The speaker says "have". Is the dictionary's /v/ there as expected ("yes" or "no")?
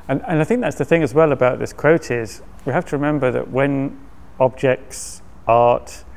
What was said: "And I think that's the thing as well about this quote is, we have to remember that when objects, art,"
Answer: no